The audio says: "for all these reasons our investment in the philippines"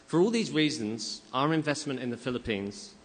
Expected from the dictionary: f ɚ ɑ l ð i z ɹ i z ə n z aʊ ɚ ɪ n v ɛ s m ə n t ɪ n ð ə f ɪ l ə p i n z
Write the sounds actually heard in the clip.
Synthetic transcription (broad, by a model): f ɚ ɑ l ð i z ɹ i z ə n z aʊ ɚ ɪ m v ɛ s m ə n t ɪ n ð ə f ɪ l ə p i n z